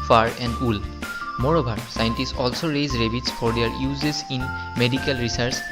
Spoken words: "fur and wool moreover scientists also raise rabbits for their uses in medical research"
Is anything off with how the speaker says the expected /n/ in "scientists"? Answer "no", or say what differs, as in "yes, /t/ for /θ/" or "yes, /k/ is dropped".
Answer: no